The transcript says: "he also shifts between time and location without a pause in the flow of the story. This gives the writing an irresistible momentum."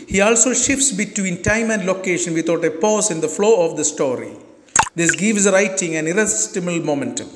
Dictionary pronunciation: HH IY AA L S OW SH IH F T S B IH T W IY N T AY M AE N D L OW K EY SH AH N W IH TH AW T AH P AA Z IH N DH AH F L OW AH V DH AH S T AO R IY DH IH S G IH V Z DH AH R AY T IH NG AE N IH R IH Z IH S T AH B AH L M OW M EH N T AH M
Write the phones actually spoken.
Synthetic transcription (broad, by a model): HH IY AA L S OW SH IH F T S B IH T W IY N T AY M AE N D L OW K EY SH AH N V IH T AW T AH P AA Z IH N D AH F L OW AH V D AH S T AO R IY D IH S G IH V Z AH R AY T IH NG AE N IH R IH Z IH S T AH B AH L M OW M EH N T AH M